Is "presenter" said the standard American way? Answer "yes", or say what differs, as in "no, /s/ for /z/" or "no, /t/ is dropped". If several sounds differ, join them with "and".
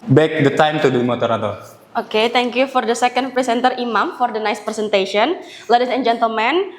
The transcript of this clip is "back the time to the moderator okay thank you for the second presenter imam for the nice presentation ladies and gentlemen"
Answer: no, /s/ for /z/